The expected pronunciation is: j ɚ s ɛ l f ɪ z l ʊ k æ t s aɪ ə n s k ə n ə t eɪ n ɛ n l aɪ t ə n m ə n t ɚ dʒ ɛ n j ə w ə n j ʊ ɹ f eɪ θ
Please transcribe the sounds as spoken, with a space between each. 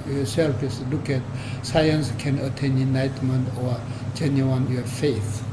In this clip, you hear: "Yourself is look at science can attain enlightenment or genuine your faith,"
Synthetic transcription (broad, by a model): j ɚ s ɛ l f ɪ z l ʊ k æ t s aɪ ə n s k ə n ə t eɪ n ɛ n aɪ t m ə n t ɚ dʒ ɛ n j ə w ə n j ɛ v f eɪ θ